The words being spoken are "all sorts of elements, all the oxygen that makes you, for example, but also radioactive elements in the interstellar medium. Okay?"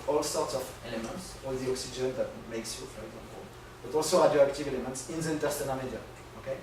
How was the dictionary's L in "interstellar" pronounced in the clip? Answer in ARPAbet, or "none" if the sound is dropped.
N